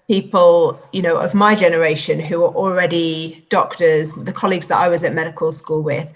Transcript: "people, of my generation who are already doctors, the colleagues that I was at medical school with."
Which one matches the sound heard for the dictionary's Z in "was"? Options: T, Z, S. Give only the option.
Z